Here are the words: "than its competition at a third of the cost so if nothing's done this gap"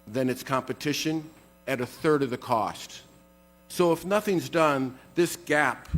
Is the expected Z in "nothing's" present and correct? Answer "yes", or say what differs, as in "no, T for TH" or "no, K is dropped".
yes